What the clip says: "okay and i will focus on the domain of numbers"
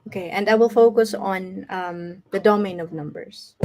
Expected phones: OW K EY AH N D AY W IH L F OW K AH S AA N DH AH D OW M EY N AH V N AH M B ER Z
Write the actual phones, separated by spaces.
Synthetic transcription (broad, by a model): OW K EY AH N D AY W IH L F OW K AH S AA N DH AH D OW M EY N AH V N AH M B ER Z